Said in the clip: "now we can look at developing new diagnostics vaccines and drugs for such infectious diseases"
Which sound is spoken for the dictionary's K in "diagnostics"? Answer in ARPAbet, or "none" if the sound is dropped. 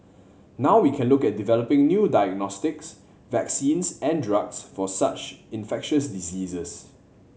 K